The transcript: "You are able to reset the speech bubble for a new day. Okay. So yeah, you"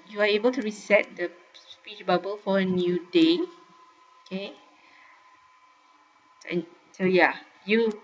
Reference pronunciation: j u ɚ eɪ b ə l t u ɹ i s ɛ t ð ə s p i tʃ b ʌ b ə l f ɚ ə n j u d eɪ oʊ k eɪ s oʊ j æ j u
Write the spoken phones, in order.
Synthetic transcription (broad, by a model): j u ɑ eɪ b ə l t u ɹ i s ɛ t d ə s p i tʃ b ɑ b ə l f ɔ ə n j u d eɪ oʊ k eɪ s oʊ j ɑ j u